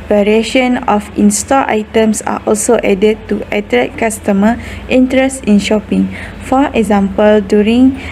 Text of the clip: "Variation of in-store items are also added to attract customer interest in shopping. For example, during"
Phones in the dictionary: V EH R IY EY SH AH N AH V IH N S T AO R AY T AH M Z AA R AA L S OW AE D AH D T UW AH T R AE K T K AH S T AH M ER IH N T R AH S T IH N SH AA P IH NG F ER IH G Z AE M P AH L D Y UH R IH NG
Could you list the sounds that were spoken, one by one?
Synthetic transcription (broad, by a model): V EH R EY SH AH N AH F IH N S T AO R AY T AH M S AA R AA L S OW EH D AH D T UW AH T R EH T K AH S T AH M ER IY N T R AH S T IH N SH AA P IH NG F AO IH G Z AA M P AH L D Y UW R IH NG